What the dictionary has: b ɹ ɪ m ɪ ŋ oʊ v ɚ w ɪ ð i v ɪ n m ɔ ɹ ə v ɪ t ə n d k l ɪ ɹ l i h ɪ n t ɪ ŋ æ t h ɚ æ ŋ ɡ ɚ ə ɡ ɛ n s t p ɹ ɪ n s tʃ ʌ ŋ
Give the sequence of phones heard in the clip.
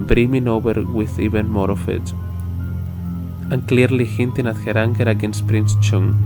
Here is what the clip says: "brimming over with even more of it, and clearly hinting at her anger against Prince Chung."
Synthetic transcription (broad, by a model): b ɹ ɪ m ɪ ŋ oʊ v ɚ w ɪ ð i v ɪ n m ɔ ɹ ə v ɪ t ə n k l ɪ ɹ l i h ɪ n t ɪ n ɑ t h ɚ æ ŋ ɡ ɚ ə ɡ ɛ n s t p ɹ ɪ n s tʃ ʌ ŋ